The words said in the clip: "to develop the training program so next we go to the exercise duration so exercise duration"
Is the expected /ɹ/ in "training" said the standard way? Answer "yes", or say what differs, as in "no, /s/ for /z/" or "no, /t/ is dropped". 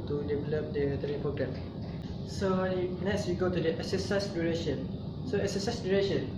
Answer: no, /ɹ/ is dropped